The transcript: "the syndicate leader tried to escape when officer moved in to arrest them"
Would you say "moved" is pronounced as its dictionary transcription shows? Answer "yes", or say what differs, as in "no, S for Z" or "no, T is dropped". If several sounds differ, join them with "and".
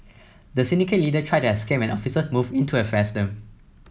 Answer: no, D is dropped